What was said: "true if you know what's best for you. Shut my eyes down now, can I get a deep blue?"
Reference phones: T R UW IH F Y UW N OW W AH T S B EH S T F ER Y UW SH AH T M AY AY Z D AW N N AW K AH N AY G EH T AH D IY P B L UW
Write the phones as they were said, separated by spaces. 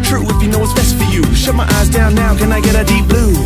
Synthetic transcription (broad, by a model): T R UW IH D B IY N OW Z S B EH S T F ER Y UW SH AH T M AY AY Z D AW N N AW K AH N AY G EH T AH D IY P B L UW